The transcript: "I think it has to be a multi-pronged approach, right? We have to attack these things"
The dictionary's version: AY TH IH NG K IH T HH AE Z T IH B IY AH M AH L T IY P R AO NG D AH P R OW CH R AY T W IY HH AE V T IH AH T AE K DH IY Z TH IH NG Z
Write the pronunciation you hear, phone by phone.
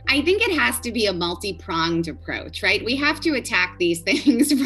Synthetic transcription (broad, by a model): AY TH IH NG K IH T HH AE Z T IH B IY AH M AH L T IY P R AO NG D AH P R OW CH R AY T W IY HH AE F T IH AH T AE K DH IY Z TH IH NG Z